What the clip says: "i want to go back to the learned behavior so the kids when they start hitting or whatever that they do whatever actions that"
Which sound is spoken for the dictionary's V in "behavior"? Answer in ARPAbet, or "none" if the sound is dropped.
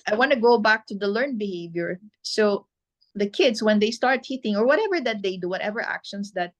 V